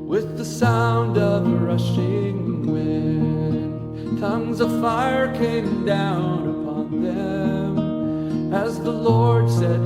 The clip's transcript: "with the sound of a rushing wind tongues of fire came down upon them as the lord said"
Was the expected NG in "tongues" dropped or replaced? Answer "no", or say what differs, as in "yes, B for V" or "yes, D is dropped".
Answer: no